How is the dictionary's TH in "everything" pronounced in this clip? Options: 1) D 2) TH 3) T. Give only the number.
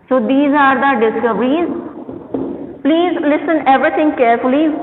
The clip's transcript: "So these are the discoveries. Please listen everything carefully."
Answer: 3